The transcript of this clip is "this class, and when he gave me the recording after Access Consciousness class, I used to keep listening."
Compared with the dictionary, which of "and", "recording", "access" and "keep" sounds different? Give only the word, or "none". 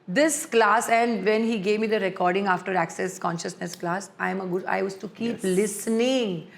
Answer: none